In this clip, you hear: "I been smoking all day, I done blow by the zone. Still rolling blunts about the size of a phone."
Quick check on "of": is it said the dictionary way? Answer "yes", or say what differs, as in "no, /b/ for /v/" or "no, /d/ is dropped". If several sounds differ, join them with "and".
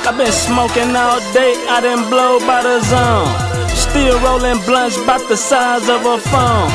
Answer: yes